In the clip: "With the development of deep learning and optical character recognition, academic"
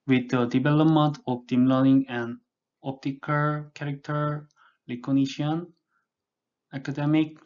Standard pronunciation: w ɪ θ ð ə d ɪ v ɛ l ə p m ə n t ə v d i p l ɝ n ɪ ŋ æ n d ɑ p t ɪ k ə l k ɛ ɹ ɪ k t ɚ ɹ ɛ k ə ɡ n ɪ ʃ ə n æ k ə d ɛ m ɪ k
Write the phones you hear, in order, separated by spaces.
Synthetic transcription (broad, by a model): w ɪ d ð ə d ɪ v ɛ l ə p m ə n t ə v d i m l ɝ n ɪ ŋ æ n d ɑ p t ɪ k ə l k ɛ ɹ ɪ k t ɚ l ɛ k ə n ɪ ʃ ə n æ k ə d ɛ m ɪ k